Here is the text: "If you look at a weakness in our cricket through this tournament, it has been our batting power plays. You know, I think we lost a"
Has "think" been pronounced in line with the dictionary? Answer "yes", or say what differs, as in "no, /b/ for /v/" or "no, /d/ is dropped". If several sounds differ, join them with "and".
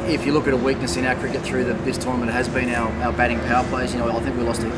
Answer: yes